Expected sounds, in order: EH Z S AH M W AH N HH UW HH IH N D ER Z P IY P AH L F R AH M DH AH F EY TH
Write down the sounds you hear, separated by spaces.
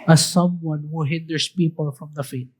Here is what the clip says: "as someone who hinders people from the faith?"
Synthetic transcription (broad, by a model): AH S AH M W AH N HH UW HH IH N D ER S P IY P AH L F R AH M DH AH F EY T